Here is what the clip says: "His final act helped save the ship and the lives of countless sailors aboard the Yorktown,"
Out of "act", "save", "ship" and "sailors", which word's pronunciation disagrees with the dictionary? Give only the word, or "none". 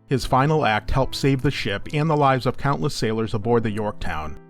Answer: none